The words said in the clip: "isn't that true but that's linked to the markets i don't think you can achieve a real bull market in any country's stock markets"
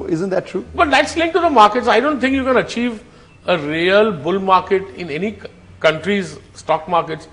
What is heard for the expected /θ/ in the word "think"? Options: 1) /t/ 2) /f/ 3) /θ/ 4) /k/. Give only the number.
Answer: 1